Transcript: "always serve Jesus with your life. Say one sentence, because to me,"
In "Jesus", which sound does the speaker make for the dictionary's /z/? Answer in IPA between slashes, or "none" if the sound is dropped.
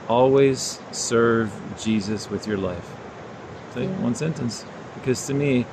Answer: /z/